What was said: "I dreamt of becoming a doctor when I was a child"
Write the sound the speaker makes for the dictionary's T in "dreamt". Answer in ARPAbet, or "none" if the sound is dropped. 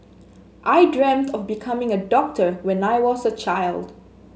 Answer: T